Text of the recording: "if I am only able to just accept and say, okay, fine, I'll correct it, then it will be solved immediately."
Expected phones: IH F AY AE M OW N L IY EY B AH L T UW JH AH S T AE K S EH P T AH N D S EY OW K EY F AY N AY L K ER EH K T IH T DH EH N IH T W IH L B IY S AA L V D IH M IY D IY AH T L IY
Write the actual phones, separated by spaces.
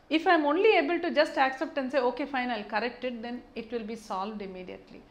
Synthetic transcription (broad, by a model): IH F AY M OW N L IY EY B AH L T UW JH AH S T AE K S EH P T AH N S EY OW K EY F AY N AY L K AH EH K T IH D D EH N IH T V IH L B IY S AA L V D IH M IY D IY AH T L IY